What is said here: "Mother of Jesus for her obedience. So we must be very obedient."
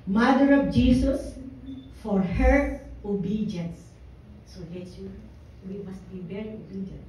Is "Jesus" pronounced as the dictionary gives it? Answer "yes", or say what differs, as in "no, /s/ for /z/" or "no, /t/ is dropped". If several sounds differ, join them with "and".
no, /s/ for /z/